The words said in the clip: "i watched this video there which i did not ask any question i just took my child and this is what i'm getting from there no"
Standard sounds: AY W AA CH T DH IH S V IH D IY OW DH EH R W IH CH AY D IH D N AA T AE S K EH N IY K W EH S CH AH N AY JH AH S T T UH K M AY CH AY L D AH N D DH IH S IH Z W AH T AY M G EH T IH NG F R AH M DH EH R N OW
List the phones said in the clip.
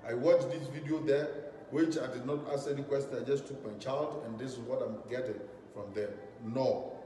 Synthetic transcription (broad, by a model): AY W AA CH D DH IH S V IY D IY OW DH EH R W IH CH AY D IH D N AA T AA S EH N IY K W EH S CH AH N AY JH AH S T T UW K M AY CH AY L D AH N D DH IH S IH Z W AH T AY M G EH T IH NG F R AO M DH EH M N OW